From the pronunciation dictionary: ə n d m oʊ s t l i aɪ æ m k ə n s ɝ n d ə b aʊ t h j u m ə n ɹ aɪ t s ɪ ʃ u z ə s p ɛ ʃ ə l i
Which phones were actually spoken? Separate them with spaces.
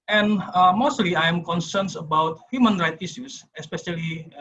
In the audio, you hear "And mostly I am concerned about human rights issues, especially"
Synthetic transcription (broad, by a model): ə n m oʊ s t l i aɪ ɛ m k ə n s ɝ n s ə b aʊ t h j u m ə n ɹ aɪ t i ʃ u s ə s p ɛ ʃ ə l i